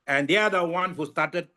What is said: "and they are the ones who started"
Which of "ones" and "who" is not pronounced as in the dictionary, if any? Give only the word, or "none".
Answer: ones